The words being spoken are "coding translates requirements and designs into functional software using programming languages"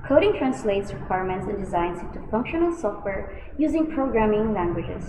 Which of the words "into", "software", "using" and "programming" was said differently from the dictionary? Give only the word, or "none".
none